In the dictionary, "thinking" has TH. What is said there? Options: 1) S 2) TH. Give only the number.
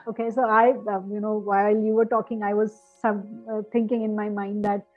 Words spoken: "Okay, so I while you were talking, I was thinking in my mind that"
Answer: 1